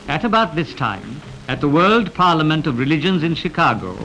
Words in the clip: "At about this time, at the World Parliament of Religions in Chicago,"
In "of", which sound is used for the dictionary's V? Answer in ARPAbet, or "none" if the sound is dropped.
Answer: V